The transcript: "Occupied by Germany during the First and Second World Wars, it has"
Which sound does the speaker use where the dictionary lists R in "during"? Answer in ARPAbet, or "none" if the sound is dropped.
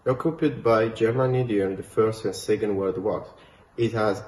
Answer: none